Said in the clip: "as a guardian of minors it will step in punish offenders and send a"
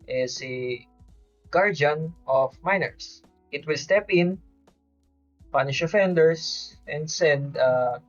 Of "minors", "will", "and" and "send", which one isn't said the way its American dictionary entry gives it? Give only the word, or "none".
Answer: minors